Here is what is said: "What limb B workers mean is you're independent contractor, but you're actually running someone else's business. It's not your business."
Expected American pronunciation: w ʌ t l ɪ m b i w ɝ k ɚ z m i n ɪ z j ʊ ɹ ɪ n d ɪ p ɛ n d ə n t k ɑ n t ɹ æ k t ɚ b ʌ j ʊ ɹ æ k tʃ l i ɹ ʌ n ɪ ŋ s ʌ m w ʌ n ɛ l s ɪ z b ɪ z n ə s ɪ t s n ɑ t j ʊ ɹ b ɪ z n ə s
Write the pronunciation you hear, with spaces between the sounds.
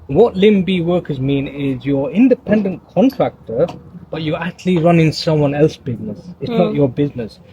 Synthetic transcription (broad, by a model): w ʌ t l ɪ m b i w ɝ k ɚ z m i n ɪ z j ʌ ɹ ɪ n d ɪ p ɛ n d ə n k ɑ n t ɹ æ k t ɚ b ʌ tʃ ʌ ɹ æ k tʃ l i ɹ ʌ n ɪ ŋ s ʌ m w ʌ n ɛ l s b ɪ z n ə s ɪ t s n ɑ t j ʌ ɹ b ɪ z n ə s